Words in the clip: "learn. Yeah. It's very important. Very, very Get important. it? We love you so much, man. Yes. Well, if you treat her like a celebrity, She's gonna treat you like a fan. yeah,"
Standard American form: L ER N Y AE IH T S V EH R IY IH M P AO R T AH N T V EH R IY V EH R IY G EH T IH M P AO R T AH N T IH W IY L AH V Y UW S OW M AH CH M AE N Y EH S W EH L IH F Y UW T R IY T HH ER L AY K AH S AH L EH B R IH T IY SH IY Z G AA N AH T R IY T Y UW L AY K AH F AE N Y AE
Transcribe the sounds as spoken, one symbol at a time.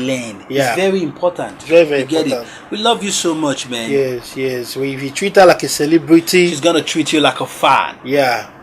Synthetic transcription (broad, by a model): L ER N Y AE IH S V EH R IY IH M P AO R T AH N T V EH R IY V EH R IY G EH T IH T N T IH W IY L AH V Y UW S OW M AH CH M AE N Y EH S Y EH W IH F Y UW T R IY T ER L AY K AH S AH L EH B R IH T IY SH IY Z G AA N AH T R IY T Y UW L AY K AH F AE N Y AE